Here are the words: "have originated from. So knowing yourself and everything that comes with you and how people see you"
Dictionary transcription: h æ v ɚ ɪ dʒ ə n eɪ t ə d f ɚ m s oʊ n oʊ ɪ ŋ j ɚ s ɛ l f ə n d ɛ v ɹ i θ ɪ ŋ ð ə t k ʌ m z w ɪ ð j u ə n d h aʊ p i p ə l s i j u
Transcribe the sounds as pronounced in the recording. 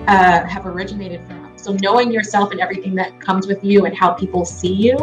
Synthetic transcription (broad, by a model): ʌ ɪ v ɚ ɪ dʒ ə n eɪ t ə d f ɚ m s oʊ n oʊ ɪ ŋ j ɚ s ɛ l f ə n ɛ v ɹ i θ ɪ ŋ ð ə t k ʌ m z w ɪ ð j u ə n h aʊ p i p l s i j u